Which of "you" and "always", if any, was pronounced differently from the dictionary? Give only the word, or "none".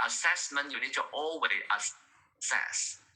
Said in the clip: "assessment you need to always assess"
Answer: always